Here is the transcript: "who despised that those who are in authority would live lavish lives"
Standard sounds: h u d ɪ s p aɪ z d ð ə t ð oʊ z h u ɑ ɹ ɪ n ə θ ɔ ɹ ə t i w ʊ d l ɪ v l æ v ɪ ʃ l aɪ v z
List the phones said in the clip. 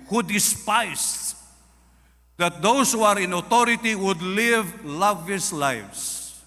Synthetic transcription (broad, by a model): h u d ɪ s p aɪ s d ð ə t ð oʊ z h u ɑ ɹ ɪ n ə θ ɔ ɹ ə t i w ʊ d l ɪ v l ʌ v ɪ s l aɪ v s